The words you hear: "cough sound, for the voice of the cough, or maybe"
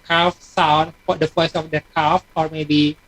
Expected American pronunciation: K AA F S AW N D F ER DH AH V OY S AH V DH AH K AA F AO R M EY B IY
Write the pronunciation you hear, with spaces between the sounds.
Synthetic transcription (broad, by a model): K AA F S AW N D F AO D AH F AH S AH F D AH K AA F AO R M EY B IY